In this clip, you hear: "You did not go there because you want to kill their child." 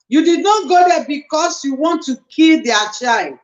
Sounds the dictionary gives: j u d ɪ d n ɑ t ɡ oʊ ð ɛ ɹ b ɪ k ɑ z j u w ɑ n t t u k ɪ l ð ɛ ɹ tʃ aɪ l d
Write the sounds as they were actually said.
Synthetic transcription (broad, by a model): j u d ɪ d n ɑ t ɡ oʊ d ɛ b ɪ k ɑ s j u w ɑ n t t u k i l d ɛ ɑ tʃ aɪ l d